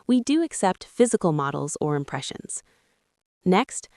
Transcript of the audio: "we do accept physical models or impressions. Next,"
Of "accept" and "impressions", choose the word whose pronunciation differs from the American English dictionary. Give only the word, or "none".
none